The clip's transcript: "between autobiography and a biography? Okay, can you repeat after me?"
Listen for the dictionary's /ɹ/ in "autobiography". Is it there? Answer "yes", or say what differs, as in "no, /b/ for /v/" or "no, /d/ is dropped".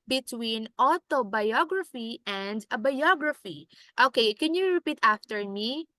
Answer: yes